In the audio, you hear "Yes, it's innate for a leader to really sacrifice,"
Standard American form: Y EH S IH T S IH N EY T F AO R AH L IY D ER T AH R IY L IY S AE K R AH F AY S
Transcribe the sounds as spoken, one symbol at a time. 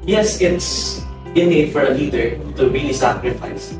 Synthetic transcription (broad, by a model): Y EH S IH T S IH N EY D F AO R AH L IY D ER T AH R IY L IY S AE K R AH F AY S